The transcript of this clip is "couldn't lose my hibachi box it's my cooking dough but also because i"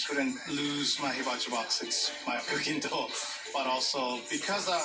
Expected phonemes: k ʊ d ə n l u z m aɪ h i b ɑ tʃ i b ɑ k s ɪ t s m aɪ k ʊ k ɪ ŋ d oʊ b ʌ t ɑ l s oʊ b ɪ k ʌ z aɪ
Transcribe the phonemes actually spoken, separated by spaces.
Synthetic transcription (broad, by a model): k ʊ d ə n l u z m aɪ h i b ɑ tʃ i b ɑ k s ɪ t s m aɪ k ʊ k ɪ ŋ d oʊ b ʌ t ɑ l s oʊ b ɪ k ʌ z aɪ